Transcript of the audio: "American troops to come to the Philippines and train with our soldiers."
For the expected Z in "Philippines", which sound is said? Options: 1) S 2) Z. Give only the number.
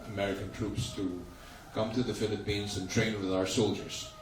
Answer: 2